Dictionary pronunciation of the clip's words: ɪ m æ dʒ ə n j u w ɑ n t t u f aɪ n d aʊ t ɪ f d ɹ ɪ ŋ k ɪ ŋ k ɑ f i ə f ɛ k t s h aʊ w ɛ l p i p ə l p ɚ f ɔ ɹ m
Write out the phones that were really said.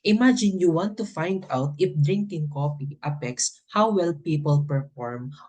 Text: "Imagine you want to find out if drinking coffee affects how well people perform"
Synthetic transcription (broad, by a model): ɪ m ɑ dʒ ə n j u w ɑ n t t u f aɪ n d aʊ t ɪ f d ɹ ɪ ŋ k ɪ ŋ k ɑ p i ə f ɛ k s h aʊ w ɛ l p i p ə l p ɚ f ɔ ɹ m